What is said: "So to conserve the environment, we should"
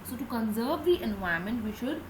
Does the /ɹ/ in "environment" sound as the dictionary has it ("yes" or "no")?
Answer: no